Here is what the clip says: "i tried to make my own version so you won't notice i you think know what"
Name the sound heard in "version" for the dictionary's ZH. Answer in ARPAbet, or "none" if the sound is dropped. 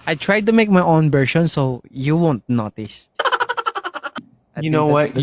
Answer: SH